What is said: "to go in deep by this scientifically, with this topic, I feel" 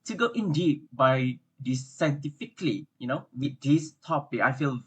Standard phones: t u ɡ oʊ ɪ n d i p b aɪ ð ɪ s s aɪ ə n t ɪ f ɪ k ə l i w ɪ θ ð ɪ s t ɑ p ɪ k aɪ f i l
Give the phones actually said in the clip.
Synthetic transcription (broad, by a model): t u ɡ oʊ ɪ n d i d b aɪ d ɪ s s aɪ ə n t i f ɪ k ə n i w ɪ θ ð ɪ s t ɑ p ɪ k aɪ f i l